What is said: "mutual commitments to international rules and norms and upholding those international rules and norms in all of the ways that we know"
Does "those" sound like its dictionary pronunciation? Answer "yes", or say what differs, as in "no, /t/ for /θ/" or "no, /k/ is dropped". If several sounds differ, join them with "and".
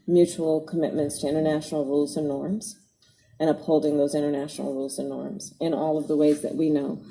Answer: yes